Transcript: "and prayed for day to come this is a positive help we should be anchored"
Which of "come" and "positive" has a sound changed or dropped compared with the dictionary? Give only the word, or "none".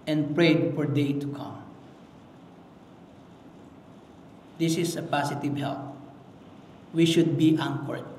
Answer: positive